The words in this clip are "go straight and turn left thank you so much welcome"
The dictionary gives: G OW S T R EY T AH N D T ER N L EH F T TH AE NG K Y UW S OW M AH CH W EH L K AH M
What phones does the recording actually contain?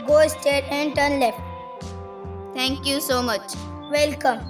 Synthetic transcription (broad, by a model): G OW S T EY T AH N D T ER N L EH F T T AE NG K Y UW S OW M AH CH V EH L K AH M